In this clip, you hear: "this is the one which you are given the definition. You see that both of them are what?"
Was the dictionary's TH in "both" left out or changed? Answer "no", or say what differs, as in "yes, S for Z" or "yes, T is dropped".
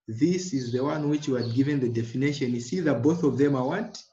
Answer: no